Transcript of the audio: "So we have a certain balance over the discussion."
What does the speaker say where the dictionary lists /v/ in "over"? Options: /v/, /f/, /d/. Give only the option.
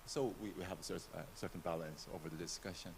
/v/